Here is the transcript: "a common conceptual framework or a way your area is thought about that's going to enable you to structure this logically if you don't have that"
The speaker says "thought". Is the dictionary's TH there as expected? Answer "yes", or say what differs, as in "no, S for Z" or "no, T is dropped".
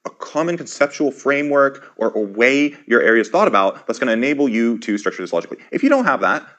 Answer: yes